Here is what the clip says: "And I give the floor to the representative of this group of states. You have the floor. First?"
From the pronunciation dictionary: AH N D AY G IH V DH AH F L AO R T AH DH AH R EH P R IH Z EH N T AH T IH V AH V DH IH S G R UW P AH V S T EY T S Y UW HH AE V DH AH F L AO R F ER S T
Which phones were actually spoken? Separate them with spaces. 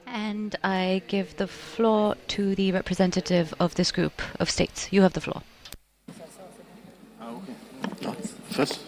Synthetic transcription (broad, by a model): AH N D AY G IH V DH AH F L AO R T AH DH AH R EH P R IH Z EH N T AH T IH V AH V DH IH S G R UW P AH V S T EY T S Y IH V DH AH F L AO R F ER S